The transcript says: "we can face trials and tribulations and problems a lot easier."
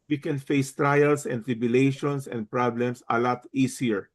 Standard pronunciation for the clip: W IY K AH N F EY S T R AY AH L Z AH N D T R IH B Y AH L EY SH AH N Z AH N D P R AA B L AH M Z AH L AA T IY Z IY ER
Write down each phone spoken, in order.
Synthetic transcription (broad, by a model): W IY K AH N F EY S T R AY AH L S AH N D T R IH B Y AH L EY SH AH N S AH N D P R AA B L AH M S AH L AA T IY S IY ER